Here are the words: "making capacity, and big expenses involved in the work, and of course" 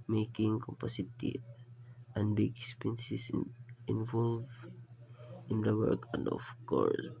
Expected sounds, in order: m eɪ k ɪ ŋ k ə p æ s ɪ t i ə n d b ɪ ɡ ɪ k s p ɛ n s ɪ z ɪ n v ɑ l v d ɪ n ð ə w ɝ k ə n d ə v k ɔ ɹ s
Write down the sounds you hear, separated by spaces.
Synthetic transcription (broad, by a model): m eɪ k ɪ ŋ k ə p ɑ s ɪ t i ə n d b ɪ ɡ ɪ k s p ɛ n s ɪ s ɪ n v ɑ l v ɪ n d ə w ɝ k ə n d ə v k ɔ ɹ s